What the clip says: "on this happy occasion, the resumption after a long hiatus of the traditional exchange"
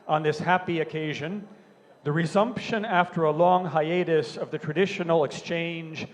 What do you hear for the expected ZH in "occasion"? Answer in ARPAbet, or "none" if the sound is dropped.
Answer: ZH